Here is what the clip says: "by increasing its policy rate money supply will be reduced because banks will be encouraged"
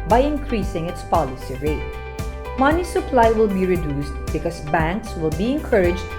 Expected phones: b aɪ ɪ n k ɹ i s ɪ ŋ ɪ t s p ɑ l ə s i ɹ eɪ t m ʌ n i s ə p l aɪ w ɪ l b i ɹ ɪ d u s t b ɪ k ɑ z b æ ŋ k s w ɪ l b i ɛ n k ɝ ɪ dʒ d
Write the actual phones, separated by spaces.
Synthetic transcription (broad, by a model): b aɪ ɪ n k ɹ i s ɪ ŋ ɪ t s p ɑ l ə s i ɹ eɪ t m ʌ n i s ə p l aɪ w ɪ l b i ɹ ɪ d u s t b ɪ k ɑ s b æ ŋ k s w ɪ l b i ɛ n k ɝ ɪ dʒ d